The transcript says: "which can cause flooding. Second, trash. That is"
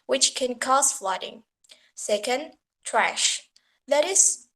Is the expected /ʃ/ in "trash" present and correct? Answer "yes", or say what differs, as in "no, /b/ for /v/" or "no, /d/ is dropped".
yes